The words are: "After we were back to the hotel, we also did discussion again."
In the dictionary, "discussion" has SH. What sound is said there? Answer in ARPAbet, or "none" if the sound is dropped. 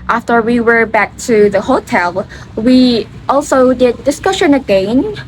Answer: SH